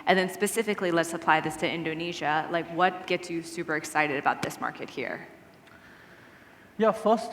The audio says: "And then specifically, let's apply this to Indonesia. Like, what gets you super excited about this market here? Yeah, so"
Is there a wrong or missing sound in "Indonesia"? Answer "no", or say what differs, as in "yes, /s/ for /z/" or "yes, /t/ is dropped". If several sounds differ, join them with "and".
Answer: no